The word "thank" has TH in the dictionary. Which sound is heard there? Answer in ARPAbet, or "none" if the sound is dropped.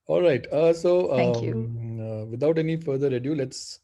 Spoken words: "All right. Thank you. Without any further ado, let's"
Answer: S